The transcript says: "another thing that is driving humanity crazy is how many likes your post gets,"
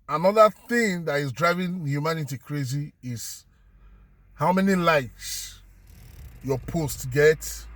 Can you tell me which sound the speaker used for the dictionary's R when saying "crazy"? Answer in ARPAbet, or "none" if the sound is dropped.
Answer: R